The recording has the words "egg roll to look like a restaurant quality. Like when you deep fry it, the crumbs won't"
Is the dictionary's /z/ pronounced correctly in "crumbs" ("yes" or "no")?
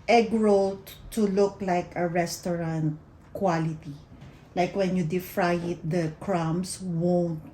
no